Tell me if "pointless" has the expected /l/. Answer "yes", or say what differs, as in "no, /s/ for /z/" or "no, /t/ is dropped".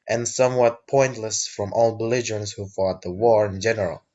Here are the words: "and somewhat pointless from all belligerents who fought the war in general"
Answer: yes